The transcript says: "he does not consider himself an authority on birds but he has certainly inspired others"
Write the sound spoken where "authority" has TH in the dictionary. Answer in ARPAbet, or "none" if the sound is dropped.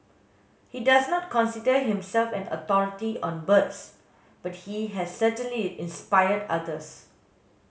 T